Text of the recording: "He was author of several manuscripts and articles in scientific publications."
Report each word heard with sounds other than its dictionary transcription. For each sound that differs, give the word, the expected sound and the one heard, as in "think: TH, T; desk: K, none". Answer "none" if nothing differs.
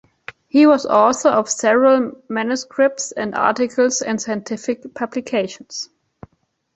author: TH, S; publications: Z, S